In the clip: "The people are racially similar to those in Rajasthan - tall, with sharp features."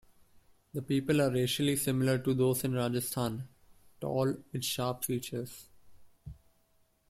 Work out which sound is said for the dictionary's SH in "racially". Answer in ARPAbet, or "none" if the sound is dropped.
SH